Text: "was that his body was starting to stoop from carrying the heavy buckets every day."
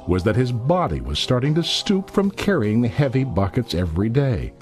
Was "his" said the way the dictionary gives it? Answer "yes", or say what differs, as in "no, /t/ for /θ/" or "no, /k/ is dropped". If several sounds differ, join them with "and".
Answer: yes